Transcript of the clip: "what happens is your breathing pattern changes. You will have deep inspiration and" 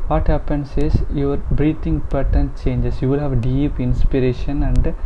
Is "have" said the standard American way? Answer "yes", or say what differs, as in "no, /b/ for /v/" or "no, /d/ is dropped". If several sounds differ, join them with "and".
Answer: yes